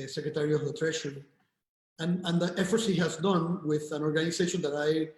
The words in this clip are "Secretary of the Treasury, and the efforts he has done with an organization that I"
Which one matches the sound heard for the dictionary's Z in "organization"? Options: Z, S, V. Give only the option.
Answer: S